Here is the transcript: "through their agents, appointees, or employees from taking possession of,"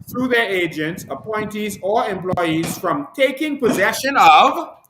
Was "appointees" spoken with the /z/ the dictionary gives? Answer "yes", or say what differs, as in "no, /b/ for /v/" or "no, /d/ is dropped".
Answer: yes